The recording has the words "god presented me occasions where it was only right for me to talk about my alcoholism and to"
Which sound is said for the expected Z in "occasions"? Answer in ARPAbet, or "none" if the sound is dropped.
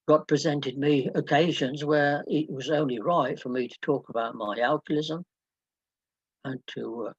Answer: Z